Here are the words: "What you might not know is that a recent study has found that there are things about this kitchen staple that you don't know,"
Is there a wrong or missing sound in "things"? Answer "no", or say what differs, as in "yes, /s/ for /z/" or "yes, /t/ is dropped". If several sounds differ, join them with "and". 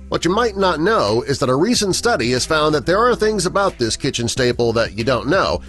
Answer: no